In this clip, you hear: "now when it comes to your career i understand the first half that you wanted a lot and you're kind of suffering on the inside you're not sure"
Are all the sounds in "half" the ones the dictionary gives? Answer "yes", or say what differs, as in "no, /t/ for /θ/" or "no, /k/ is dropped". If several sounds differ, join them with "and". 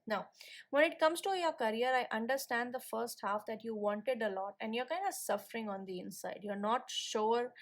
yes